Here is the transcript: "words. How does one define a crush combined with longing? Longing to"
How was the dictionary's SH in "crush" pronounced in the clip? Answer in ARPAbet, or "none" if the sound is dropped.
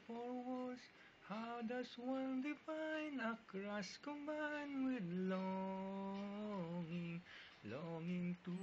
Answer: S